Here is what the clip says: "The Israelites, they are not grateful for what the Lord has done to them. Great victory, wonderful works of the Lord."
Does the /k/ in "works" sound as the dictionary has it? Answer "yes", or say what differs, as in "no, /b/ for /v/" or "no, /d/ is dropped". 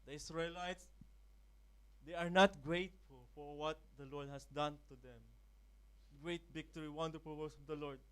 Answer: no, /k/ is dropped